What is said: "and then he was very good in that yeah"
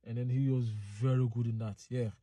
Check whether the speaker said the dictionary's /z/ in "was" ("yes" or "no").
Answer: yes